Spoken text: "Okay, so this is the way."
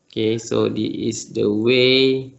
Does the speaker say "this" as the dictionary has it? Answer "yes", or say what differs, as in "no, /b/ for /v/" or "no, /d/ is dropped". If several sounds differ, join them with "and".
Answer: no, /s/ is dropped